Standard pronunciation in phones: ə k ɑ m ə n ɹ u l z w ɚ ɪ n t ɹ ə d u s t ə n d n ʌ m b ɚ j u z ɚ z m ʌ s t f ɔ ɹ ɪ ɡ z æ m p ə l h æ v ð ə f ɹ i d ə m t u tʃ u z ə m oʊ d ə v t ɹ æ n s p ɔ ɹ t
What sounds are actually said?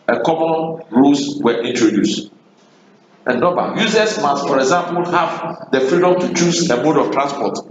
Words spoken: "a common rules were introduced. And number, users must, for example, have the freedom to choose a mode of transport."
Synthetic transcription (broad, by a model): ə k ɑ m ə n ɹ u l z w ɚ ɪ n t ɹ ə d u s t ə n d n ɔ b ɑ j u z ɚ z m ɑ s t f ɔ ɹ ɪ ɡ z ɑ m p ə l h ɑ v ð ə f ɹ i d ə m t u tʃ u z ə m oʊ d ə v t ɹ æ n s p ɔ t